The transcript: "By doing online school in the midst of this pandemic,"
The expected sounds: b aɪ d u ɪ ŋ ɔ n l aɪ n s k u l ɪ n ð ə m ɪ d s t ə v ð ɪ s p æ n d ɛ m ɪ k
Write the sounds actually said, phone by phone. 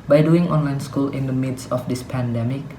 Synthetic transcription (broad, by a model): b aɪ d u ɪ ŋ ɔ n l aɪ n s k u l ɪ n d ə m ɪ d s ə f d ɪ s p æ n d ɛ m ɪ k